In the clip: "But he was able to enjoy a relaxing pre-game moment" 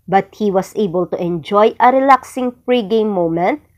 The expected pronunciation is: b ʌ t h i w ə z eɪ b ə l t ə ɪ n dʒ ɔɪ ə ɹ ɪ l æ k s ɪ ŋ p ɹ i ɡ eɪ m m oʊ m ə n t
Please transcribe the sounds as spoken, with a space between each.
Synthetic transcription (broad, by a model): b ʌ t h i w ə s eɪ b ə l t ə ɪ n dʒ ɔɪ ə ɹ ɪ l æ k s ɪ ŋ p ɹ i ɡ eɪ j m oʊ m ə n t